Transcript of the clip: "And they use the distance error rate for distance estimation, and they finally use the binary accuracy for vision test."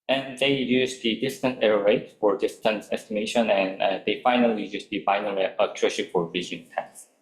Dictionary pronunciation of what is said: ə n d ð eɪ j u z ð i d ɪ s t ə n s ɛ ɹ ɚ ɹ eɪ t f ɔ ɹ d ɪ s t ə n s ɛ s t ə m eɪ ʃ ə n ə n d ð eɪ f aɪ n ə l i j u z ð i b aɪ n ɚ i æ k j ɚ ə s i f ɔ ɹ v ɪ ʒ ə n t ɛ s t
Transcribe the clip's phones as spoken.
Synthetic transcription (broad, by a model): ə n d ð eɪ j u z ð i d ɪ s t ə n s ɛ ɹ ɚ ɹ eɪ t f ɔ ɹ d ɪ s t ə n s ɛ s t ə m eɪ ʃ ə n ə n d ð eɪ f aɪ n ə l i j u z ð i b aɪ n ɚ i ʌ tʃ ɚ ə ʃ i f ɔ ɹ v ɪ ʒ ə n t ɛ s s